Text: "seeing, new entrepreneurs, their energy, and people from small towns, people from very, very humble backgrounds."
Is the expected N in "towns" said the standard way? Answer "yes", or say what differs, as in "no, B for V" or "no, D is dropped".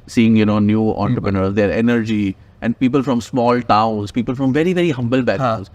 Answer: no, N is dropped